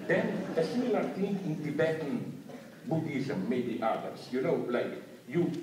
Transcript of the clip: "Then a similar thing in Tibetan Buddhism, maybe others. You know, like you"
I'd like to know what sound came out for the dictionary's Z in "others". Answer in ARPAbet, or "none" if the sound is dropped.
S